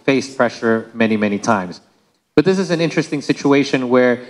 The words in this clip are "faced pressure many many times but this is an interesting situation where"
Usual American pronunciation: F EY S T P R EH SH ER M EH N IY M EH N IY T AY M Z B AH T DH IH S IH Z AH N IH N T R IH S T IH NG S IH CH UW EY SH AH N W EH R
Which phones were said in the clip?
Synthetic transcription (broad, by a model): F EY S P R EH SH ER M EH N IY M EH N IY T AY M Z B AH T DH IH S IH Z AH N IH N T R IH S T IH NG S IH CH UW EY SH AH N W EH R